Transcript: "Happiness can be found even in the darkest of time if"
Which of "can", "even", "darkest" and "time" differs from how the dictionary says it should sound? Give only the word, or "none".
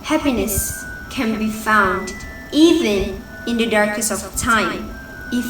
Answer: darkest